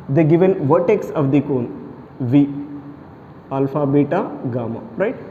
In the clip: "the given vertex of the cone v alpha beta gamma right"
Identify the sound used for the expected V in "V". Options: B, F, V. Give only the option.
V